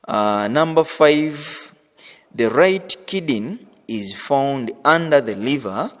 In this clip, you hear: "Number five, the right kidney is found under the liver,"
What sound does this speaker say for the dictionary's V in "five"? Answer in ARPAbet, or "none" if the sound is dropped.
V